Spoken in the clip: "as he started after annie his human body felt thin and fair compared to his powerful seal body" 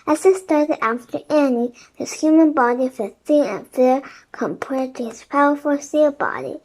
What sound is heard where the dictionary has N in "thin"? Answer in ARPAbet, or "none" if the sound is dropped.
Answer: none